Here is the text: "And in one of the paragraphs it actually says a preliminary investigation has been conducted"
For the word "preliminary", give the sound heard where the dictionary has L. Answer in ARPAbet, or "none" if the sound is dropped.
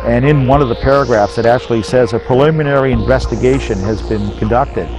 L